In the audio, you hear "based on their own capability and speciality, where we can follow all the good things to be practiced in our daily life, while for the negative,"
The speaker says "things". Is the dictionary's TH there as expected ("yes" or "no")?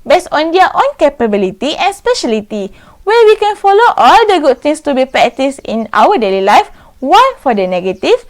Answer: no